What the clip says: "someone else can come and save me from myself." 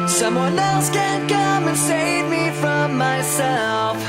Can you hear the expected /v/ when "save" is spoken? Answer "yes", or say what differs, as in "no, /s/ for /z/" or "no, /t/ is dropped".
yes